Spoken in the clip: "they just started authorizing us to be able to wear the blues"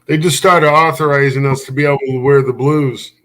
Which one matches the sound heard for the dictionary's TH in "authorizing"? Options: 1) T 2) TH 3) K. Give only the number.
2